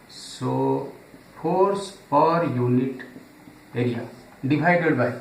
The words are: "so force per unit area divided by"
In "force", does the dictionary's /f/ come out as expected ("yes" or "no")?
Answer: no